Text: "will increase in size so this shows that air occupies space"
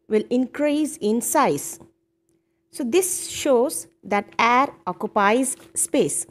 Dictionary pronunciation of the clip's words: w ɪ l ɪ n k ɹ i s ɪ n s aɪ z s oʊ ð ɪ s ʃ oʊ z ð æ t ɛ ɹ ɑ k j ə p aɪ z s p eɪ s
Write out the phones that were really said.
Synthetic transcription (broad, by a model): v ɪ l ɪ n k ɹ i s ɪ n s aɪ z s oʊ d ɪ s ʃ oʊ z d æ t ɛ ɹ ɑ k j ə p aɪ z s p eɪ s